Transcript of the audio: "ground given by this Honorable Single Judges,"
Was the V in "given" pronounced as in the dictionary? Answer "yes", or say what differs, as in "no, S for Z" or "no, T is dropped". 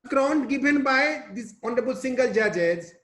no, B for V